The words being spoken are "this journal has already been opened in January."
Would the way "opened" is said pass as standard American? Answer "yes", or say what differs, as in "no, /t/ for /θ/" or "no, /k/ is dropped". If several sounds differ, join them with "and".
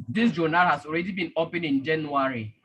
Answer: no, /d/ is dropped